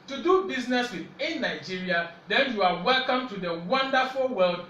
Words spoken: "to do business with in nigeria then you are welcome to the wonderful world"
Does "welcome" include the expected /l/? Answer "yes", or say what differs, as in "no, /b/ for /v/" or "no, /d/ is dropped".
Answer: yes